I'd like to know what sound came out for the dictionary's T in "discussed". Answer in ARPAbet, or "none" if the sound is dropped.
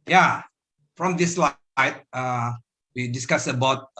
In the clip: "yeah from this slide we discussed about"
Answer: none